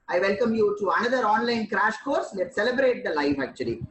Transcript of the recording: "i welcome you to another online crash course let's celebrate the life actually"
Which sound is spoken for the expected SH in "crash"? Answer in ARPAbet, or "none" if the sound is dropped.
SH